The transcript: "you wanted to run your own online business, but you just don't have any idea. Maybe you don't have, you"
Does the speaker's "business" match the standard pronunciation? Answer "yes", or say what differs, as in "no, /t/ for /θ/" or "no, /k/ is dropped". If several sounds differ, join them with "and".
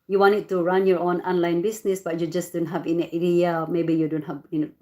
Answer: no, /s/ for /z/